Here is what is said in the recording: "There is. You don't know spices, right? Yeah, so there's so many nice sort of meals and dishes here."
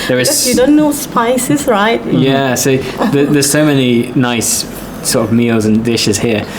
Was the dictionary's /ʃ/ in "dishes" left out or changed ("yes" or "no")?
no